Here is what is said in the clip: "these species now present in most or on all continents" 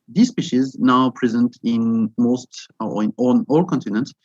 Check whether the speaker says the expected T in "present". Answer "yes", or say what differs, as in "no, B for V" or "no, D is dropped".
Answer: yes